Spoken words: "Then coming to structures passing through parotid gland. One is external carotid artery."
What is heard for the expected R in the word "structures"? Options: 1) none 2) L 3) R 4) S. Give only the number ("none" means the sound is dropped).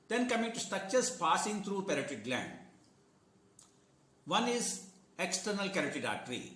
1